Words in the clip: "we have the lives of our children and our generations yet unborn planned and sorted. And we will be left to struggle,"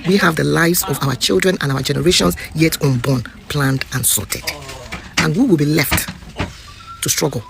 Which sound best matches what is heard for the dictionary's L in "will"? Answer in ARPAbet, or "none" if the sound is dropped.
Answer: L